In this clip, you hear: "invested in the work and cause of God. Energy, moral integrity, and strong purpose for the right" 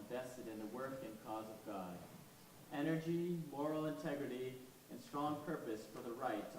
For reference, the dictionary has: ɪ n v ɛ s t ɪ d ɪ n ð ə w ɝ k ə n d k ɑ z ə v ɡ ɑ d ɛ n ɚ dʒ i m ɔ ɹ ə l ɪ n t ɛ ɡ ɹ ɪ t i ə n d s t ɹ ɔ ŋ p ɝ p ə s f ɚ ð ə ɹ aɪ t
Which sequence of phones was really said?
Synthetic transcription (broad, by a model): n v ɛ s t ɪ d ɪ n ð ə w ɝ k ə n k ɑ z ə v ɡ ɑ d ɛ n ɚ dʒ i m ɔ ɹ l ɪ n t ɛ ɡ ɹ ɪ t i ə n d s t ɹ ɔ ŋ p ɝ p ə s f ɚ ð ə ɹ aɪ t